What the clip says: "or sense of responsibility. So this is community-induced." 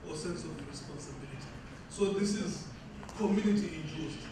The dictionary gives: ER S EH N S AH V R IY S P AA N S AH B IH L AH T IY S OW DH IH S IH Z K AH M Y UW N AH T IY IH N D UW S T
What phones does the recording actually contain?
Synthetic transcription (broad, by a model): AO S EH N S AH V R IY S P AA N S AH B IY L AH T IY S OW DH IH S IH Z K AH M Y UW N AH T IY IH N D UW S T